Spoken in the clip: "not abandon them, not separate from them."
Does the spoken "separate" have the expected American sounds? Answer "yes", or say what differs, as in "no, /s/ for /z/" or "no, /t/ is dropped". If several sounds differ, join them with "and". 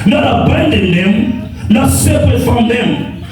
no, /ɹ/ is dropped